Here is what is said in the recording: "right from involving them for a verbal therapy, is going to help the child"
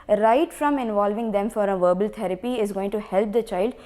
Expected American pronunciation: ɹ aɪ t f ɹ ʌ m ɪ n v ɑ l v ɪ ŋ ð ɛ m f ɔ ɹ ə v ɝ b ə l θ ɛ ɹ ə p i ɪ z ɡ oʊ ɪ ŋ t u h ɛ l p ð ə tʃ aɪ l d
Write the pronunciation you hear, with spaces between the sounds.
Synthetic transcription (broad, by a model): ɹ aɪ t f ɹ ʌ m ɪ n v ɑ l v ɪ ŋ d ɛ m f ɔ ɹ ə v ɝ b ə l t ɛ ɹ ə p i ɪ z ɡ oʊ ɪ ŋ t u h ɛ l p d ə tʃ aɪ l d